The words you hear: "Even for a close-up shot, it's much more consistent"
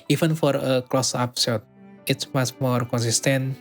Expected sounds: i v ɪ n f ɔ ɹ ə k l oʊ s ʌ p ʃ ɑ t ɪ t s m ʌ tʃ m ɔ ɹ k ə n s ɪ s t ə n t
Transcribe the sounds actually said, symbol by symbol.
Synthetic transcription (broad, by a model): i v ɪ n f ɔ ɹ ə k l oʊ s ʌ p s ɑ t ɪ t s m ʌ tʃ m ɔ ɹ k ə n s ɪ s t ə n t